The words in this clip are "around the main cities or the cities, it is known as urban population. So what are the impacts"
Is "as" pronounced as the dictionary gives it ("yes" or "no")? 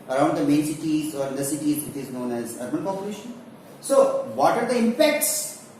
yes